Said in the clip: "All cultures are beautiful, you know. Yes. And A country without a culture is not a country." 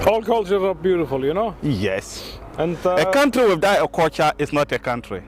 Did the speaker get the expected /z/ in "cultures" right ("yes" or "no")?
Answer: no